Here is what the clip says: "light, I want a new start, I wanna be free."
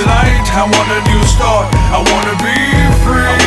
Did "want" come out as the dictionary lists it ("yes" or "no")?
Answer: no